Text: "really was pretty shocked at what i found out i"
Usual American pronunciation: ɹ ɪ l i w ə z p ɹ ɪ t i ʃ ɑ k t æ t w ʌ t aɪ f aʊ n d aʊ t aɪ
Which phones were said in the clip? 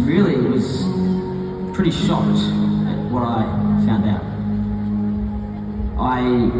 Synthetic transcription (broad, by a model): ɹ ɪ l i w ə z p ɹ ɪ t i ʃ ɑ k t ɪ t w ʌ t aɪ f aʊ n d aʊ t aɪ